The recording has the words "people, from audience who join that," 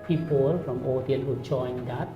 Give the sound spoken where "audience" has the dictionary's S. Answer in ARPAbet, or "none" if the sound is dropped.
none